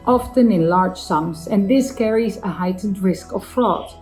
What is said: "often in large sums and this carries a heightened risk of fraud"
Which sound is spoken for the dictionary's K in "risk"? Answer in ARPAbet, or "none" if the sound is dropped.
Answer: K